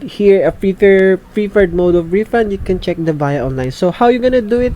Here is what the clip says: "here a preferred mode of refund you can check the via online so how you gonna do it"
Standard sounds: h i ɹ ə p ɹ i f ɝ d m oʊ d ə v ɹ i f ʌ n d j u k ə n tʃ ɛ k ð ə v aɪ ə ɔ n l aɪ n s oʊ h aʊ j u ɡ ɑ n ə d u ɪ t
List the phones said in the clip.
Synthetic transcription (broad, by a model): h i ɹ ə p ɹ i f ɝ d m oʊ d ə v ɹ i f ʌ n d j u k ə n tʃ ɛ k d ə b aɪ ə ɔ n l aɪ n s oʊ h aʊ j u ɡ ɑ n ə d u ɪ t